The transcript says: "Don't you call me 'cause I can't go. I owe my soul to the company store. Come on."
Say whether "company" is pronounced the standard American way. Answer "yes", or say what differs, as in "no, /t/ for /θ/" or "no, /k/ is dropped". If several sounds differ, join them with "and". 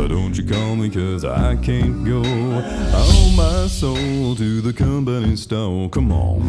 no, /b/ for /p/